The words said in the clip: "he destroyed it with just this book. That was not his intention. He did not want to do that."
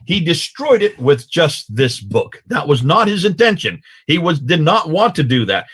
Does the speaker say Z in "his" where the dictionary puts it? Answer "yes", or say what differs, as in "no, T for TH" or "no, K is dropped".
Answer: yes